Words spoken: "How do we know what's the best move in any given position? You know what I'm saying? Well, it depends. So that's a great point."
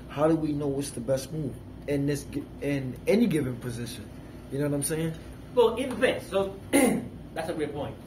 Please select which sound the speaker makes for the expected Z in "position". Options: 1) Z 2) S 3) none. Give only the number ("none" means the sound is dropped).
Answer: 1